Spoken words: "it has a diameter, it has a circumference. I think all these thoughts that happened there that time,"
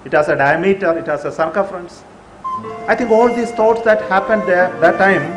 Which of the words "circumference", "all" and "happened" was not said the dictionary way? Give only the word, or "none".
circumference